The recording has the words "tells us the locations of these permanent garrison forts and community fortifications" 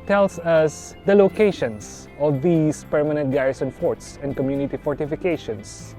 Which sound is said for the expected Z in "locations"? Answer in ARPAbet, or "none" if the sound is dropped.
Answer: S